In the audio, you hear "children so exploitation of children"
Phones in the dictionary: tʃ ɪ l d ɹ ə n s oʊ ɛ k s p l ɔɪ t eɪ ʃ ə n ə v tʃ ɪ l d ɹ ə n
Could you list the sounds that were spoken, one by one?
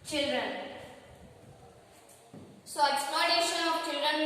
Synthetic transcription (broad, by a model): tʃ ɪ l d ɹ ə n s oʊ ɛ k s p ɔɪ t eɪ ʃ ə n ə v tʃ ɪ l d ɹ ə n